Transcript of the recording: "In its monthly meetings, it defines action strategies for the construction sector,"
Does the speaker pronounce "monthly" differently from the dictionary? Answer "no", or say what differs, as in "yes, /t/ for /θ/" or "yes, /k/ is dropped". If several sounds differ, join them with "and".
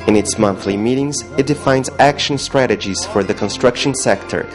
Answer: no